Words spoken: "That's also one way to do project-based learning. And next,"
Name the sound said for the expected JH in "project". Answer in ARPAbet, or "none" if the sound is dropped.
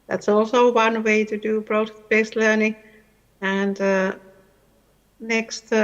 none